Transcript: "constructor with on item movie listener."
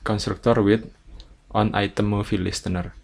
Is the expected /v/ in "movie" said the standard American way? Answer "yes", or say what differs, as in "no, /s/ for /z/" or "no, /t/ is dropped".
no, /f/ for /v/